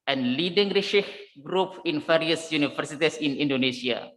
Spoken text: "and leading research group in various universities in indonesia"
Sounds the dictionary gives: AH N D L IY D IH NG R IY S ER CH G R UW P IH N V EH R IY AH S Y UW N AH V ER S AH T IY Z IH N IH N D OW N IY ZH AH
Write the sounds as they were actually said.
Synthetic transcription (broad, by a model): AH N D L IY D IH NG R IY SH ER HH G R UW P IH N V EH R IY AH S Y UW N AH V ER S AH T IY S IH N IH N D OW N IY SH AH